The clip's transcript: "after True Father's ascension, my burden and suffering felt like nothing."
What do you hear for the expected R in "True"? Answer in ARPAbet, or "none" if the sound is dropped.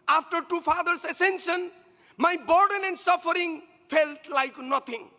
none